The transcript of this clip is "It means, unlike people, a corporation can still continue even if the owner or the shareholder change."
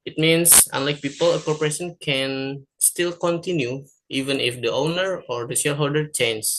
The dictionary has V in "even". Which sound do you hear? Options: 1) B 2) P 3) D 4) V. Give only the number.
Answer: 4